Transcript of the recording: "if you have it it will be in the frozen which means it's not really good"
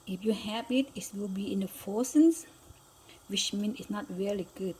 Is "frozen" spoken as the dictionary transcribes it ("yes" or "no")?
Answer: no